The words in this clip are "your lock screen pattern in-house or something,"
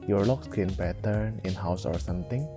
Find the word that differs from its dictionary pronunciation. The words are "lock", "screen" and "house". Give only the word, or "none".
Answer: screen